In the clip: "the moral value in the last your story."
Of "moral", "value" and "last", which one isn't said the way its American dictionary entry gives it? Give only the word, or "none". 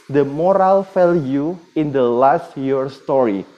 value